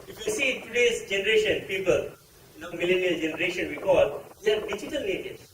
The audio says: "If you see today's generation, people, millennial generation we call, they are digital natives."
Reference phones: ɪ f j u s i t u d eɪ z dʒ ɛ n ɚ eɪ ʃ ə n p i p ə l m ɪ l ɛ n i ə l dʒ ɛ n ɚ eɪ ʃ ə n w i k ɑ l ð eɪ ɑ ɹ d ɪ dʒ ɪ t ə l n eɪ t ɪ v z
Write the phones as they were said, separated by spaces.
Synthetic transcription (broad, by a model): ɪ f j u s i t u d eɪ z dʒ ɛ n ɚ eɪ ʃ ə n p i p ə l m ɪ l ɛ n i ə l dʒ ɛ n ɚ eɪ ʃ ə n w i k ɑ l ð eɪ ɑ ɹ d ɪ dʒ ɪ t ə l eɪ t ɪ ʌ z